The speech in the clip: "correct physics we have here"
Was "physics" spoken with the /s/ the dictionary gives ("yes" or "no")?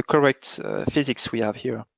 yes